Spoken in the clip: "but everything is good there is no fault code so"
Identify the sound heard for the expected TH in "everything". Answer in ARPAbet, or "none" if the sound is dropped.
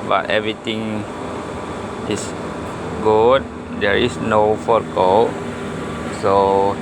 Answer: T